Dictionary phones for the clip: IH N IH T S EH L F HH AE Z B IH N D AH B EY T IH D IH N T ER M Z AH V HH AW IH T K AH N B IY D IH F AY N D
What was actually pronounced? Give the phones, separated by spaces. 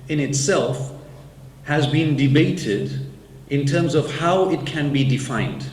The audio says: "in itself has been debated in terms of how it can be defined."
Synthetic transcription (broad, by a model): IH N IH T S EH L F HH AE Z B IH N D AH B EY T IH D IH N T ER M Z AH V HH AW IH T K AH N B IY D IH F AY N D